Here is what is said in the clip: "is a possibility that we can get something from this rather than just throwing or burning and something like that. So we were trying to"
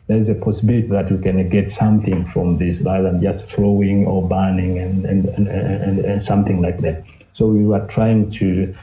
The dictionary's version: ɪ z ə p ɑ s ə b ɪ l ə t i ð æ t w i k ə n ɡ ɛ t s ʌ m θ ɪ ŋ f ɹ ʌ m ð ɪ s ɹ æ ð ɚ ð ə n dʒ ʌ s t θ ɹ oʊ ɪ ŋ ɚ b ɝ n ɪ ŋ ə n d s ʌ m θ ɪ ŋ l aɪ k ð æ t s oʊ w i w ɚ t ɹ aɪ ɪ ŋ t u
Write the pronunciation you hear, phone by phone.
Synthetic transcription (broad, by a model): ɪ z ə p ɑ s ə b ɪ l ə t i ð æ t w i k ə n ɡ ɛ t s ʌ m θ ɪ ŋ f ɹ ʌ m ð ɪ s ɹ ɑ ɪ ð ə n dʒ ʌ s t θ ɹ oʊ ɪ ŋ ɚ b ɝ n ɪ ŋ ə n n s ʌ m θ ɪ ŋ l aɪ k ð æ t s oʊ w i w ɚ t ɹ aɪ ɪ ŋ t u